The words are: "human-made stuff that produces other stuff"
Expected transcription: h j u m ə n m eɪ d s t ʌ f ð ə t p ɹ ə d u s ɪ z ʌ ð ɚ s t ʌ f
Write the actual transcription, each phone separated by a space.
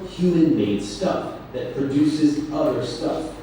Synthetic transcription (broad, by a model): h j u m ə n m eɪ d s t ʌ f ð ə t p ɹ ə d u s ɪ z ʌ ð ɚ s t ʌ f